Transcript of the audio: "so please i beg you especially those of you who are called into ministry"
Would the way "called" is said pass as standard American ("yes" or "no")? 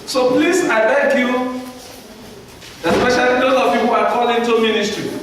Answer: no